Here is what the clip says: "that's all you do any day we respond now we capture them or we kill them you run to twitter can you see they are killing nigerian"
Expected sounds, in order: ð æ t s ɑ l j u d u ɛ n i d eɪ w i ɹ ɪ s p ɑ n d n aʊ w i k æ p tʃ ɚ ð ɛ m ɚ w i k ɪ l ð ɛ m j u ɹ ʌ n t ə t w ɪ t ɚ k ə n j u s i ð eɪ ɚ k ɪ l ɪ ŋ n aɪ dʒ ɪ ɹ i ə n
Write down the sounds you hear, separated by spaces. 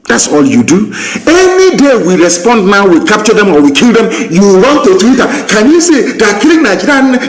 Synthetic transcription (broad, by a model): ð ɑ t s ɑ l j u d u ɛ n i d eɪ w i ɹ ɪ s p ɑ n d n aʊ w i k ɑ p tʃ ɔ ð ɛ m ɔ w i k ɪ l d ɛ m j u w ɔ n t ə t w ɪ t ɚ k ə n j u s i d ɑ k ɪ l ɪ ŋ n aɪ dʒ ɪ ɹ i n